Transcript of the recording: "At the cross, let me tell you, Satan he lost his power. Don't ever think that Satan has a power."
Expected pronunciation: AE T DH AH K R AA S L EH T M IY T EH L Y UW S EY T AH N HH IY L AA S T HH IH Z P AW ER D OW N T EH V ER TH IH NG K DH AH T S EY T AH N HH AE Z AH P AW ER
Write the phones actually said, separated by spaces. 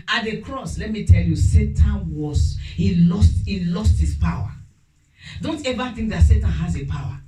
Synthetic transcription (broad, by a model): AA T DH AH K R AA S L EH T M IY T EH L Y UW S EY T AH N HH IY L AA S T HH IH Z P AW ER D OW N T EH V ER TH IH NG K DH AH T S EY T AH N HH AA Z AH P AW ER